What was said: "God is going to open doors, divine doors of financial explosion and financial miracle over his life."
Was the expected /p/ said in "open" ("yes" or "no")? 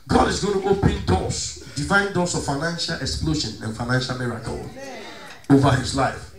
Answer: yes